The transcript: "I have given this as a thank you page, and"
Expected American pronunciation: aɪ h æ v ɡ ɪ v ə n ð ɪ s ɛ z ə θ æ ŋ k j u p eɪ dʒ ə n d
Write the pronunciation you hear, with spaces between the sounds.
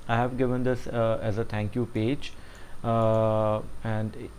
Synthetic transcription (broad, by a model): aɪ h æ v ɡ ɪ v ə n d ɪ s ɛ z ə t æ ŋ k j u p eɪ dʒ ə n d